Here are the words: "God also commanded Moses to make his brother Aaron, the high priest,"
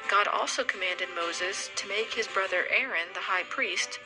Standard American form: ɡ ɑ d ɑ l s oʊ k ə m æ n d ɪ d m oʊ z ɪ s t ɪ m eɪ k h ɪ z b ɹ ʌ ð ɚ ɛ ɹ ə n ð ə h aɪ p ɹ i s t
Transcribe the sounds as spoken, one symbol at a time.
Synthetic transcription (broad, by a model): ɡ ɑ d ɑ l s oʊ k ə m æ n d ɪ d m oʊ z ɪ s t ɪ m eɪ k h ɪ z b ɹ ʌ ð ɚ ɛ ɹ ə n ð ə h aɪ p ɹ i s t